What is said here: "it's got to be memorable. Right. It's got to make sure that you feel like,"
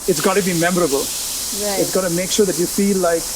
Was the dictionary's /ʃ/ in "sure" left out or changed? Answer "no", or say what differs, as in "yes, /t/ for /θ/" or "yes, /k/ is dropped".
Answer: no